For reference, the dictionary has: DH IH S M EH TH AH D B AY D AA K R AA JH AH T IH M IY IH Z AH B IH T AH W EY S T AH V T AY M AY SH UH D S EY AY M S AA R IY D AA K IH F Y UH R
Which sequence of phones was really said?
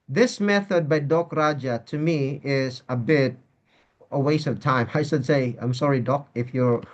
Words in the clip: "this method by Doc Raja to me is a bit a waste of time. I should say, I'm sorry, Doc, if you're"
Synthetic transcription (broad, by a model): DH IH S M EH TH AH D B AY D AA K R AA JH AH T IH M IY IH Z AH B IH T AH W EY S AH V T AY M AY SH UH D S EY AY M S AA R IY D AA K IH F Y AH R